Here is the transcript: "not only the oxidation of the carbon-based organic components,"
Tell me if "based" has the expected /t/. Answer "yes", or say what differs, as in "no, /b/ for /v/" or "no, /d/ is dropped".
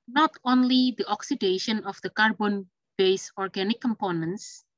no, /t/ is dropped